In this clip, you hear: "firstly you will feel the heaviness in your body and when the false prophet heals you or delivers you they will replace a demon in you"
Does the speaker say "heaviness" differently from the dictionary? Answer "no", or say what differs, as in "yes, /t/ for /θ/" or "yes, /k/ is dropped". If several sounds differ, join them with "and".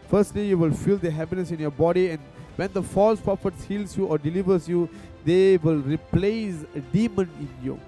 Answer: yes, /p/ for /v/